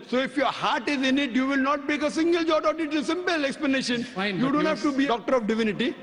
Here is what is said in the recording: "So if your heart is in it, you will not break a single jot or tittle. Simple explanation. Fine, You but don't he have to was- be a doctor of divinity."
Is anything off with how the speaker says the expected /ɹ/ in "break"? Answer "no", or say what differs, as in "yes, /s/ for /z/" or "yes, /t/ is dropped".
yes, /ɹ/ is dropped